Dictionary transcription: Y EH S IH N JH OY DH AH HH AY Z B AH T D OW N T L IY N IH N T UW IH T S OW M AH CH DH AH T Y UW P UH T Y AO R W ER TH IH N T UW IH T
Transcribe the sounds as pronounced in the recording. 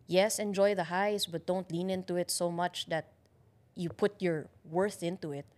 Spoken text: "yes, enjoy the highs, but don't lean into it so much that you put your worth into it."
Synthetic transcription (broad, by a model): Y EH S IH N JH OY DH AH HH AY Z B AH T D OW N T L IY N IH N T UW IH T S OW M AH CH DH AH T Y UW P UH T Y AO R W ER TH IH N T UW IH T